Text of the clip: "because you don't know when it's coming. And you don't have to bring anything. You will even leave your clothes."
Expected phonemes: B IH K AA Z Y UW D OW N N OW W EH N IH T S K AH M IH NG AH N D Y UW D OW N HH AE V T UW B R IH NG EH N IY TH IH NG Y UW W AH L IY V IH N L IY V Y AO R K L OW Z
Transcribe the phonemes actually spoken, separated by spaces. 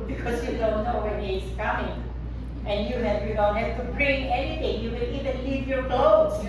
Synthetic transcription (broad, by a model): B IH K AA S Y UW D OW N N OW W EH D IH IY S K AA M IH NG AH N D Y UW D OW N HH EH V T UW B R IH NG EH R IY T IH NG Y UW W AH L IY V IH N L IY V Y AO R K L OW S